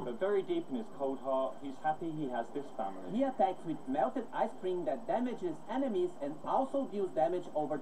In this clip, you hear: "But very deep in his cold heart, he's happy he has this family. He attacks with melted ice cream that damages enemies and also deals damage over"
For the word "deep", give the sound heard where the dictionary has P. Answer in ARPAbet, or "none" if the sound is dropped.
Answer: P